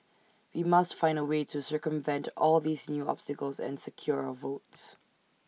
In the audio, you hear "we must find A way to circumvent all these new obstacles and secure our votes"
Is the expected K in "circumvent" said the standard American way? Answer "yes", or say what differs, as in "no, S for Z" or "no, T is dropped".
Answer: yes